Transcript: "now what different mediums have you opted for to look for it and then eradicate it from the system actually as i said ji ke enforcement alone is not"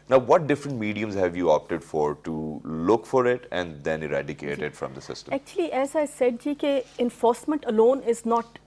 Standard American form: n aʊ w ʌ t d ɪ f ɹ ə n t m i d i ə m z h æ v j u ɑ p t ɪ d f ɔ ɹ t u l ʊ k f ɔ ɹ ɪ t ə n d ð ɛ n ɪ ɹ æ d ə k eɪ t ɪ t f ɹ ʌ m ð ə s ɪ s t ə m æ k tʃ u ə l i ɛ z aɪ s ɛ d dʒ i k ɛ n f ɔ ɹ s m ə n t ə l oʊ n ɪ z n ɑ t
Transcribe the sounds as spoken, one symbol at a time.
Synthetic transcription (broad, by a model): n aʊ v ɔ t d ɪ f ɹ ə n t m i d i ə m z h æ v j u ɑ p t ɪ d f ɔ ɹ t u l ʊ k f ɔ ɹ ɪ t ə n d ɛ n ɪ ɹ æ d ə k eɪ t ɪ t f ɹ ʌ m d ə s ɪ s t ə æ k tʃ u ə l i ɛ z aɪ s ɛ d dʒ i k ɛ n f ɔ ɹ s m ə n t ə l oʊ n ɪ z n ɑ t